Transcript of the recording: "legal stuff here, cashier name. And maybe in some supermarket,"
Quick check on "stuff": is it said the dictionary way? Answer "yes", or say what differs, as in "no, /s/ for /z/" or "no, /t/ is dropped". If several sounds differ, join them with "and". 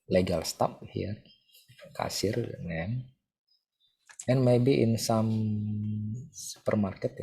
no, /p/ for /f/